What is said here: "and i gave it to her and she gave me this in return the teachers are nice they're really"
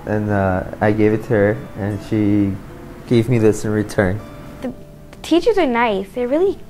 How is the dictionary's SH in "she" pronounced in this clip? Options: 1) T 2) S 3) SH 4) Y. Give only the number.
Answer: 3